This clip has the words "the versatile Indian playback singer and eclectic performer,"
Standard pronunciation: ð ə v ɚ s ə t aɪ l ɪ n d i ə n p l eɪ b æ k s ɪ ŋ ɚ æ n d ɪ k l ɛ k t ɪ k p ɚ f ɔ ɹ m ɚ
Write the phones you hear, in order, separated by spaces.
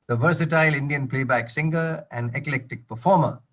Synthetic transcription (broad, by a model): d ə v ɚ s ə t aɪ l ɪ n d i ə n p l eɪ b æ k s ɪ ŋ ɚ æ n d ɪ k l ɛ k t ɪ k p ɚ f ɔ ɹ m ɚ